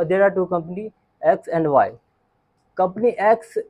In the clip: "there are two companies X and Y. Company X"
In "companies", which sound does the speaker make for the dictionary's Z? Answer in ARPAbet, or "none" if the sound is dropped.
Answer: none